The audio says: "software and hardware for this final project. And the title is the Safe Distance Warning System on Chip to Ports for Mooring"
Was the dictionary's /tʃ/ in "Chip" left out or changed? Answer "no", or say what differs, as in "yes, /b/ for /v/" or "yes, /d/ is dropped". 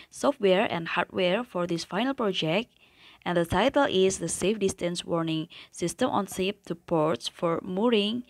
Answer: yes, /s/ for /tʃ/